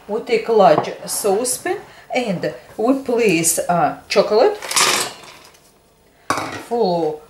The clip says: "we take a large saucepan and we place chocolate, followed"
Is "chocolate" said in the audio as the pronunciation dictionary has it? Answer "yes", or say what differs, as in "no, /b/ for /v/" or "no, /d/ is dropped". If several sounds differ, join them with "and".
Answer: yes